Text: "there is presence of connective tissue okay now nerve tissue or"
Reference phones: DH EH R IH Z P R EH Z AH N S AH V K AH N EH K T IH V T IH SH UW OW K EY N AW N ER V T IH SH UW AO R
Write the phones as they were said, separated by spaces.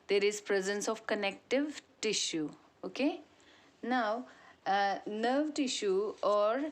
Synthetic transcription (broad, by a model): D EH R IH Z P R EH Z AH N S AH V K AH N EH K T IH V T IH SH UW OW K EY N AW N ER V T IH SH UW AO R